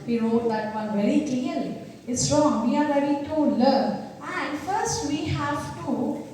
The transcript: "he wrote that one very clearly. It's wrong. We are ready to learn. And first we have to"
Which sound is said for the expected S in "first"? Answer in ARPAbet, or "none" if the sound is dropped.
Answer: S